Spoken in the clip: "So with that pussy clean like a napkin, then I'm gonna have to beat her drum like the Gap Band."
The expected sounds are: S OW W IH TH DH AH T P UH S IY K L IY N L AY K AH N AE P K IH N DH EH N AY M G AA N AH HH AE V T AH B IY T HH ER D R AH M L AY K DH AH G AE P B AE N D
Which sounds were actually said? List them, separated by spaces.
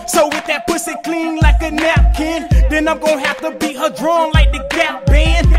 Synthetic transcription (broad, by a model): S OW W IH DH AH T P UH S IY K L IY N L AY K AH N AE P K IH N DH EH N AY M G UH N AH HH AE F T AH B IY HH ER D R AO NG L AY K DH AH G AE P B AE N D